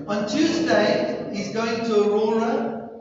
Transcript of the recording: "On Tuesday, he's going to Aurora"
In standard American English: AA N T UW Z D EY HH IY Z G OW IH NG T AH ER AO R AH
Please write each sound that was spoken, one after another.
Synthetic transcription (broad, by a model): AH N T UW Z D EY HH IY Z G OW IH NG T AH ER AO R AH